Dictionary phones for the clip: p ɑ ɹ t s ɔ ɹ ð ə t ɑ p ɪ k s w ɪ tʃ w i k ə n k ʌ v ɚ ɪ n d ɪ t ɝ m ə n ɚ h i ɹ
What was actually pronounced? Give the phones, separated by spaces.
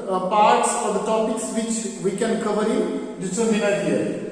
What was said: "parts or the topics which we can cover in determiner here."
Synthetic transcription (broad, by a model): p ɑ ɹ t s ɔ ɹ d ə t ɑ p ɪ k s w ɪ tʃ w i k ə n k ʌ v ɚ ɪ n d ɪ s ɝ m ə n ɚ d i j